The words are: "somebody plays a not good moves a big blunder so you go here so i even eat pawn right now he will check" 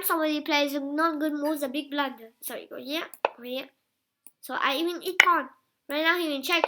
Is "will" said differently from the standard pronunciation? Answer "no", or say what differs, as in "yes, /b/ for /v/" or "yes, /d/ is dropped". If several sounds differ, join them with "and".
yes, /n/ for /l/